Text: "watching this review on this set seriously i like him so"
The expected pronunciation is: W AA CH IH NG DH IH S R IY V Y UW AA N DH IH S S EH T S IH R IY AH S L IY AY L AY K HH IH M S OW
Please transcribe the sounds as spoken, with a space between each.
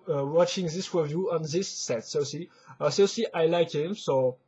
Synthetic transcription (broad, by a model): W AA CH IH NG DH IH S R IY V Y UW AA N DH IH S S EH T S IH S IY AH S IY AY L AY K HH IH M S OW